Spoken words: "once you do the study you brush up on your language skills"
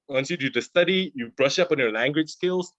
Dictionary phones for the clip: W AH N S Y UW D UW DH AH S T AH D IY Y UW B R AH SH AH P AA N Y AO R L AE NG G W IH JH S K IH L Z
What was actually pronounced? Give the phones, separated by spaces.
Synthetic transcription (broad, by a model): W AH N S Y UW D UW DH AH S T AH D IY Y UW B R AH SH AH P AA N Y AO L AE NG G W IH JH S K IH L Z